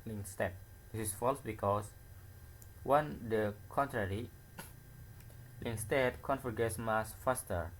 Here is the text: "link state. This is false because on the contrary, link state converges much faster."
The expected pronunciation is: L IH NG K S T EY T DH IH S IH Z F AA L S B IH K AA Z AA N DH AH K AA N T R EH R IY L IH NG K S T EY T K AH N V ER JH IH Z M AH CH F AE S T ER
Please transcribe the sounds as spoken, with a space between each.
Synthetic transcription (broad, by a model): L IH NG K S T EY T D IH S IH S F AA L S B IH K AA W AA N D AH K AA N T R EH R IY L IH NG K S T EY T K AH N F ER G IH S M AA S F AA S T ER